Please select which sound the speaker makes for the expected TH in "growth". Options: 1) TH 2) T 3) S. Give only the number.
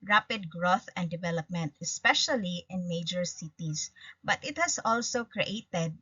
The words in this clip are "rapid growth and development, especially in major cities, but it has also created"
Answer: 1